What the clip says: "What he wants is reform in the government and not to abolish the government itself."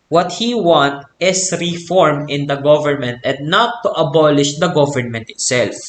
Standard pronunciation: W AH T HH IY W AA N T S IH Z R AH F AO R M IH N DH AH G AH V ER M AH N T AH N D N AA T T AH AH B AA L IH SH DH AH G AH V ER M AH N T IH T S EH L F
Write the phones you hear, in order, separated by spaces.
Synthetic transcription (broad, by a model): W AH T HH IY W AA N T IH S R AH F AO R M IH N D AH G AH V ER M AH N T AH N D N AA T T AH AH B AA L IH SH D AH G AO V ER M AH N T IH T S EH L F